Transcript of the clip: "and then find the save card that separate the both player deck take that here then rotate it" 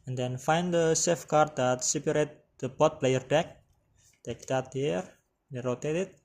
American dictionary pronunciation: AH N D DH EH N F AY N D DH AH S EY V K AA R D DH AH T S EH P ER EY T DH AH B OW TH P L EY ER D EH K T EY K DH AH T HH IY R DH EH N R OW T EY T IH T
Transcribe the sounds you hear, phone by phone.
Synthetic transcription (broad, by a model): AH N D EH N F AY N D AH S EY F K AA R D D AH T S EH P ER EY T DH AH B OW T P L EY ER D EH K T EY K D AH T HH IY R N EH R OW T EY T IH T